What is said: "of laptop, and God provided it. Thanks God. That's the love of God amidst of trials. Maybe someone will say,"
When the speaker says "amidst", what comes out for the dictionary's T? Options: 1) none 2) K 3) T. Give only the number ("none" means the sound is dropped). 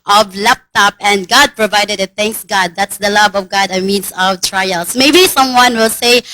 1